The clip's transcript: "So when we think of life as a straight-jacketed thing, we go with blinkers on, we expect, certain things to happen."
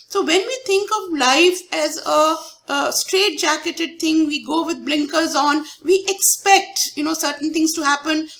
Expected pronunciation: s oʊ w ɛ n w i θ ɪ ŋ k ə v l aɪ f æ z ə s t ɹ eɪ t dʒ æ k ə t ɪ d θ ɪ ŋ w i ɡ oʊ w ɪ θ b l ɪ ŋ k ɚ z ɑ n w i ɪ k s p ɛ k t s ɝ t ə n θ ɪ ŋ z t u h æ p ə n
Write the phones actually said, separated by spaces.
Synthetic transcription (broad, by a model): s oʊ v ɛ n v i t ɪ ŋ k ə v l aɪ f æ z ə s t ɹ eɪ t dʒ æ k ə t ɪ d t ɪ ŋ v i ɡ oʊ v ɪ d b l ɪ ŋ k ɚ z ɑ n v i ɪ k s p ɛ k t s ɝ t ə n t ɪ ŋ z t u h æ p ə n